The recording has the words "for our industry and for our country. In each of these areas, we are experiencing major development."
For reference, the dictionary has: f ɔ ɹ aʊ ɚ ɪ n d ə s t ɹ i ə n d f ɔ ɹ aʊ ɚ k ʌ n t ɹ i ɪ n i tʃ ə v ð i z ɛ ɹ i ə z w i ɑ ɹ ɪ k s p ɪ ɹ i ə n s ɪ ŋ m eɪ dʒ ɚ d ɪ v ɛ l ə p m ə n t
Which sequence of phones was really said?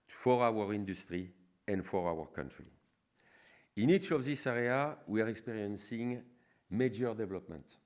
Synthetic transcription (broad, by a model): f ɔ ɹ aʊ ɚ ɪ n d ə s t ɹ i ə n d f ɔ ɹ aʊ ɚ k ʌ n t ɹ i ɪ n i tʃ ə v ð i s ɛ ɹ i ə w i ɑ ɹ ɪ k s p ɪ ɹ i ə n s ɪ ŋ m eɪ dʒ ɚ d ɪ v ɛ l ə p m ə n t